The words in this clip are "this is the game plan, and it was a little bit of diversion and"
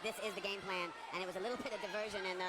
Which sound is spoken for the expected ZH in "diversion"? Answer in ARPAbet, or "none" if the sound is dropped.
ZH